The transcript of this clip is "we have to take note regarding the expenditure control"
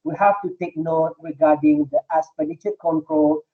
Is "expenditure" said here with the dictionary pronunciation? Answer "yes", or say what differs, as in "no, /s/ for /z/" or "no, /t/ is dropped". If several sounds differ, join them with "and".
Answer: no, /k/ is dropped